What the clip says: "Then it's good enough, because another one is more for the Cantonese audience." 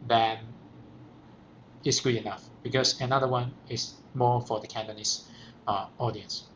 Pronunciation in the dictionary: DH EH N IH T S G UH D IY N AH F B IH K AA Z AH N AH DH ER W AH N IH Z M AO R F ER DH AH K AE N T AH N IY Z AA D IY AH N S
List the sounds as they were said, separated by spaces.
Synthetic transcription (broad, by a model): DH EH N IH T S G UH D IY N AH F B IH K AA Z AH N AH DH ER W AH N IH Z M AO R F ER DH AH K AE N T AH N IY S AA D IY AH N S